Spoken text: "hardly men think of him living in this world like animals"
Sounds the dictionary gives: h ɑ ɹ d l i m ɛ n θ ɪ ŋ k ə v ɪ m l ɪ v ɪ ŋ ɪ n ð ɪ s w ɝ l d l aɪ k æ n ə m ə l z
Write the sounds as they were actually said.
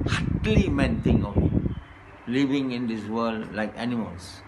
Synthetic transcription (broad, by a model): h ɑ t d l i m ɛ n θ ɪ ŋ ə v l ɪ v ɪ ŋ ɪ n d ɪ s w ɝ l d l aɪ k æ n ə m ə l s